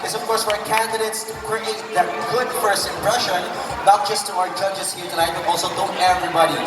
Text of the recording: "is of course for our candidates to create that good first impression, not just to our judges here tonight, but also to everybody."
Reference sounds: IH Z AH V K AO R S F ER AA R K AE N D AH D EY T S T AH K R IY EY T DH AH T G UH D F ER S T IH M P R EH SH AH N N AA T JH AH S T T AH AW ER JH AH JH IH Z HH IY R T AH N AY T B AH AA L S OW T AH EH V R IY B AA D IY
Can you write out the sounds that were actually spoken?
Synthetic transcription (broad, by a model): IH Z AH V K AO R S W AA K AE N D AH D EY T S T K R IY EY T DH AH T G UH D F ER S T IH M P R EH SH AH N N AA T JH AH S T T AH AW ER JH AH JH IH Z HH IY R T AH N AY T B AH AA L S OW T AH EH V R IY B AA D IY